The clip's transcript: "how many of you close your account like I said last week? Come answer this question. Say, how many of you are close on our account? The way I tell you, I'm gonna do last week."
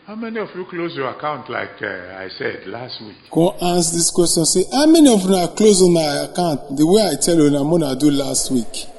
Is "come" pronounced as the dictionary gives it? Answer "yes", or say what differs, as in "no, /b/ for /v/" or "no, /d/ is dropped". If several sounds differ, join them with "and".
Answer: no, /m/ is dropped